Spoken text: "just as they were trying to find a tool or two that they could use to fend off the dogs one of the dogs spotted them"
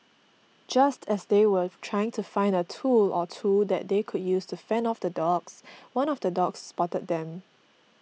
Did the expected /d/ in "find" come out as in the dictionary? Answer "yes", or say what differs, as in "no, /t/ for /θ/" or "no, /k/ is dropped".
yes